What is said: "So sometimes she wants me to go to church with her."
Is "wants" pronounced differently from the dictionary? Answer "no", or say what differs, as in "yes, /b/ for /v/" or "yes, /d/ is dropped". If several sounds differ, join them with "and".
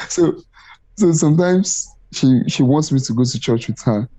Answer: no